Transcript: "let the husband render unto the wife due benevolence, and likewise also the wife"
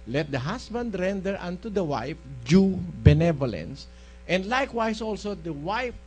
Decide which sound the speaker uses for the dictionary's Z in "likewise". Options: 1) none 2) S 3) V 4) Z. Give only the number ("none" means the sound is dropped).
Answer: 2